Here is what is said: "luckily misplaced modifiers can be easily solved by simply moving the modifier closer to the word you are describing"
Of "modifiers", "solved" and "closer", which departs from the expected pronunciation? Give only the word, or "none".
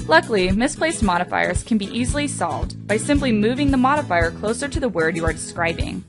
none